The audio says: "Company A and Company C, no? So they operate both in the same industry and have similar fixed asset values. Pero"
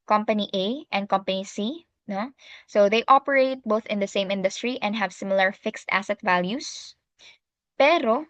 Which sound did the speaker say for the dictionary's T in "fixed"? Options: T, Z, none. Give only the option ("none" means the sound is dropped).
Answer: T